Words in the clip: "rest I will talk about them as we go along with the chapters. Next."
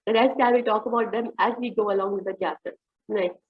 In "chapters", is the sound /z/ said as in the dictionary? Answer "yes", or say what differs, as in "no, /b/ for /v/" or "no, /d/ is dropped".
no, /z/ is dropped